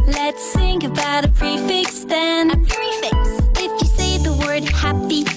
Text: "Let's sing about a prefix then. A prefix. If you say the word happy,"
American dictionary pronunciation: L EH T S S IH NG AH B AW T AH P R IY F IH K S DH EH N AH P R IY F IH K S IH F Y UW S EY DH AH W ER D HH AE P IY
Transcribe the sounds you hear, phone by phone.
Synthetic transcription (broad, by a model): L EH T S TH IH NG AH B AW T AH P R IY F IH K S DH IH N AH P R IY F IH K S IH F Y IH S EY DH AH W ER D HH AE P IY